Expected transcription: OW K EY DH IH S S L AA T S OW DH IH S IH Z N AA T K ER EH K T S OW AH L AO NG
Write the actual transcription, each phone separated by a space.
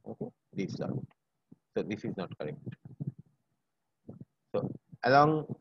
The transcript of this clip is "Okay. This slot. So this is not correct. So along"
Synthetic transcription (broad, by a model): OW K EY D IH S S AA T S OW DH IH S IH Z N AA T K ER EH K T S OW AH L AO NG